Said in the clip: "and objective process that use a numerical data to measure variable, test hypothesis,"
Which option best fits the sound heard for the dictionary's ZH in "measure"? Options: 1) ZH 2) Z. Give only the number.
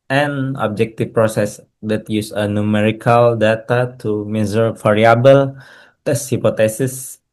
2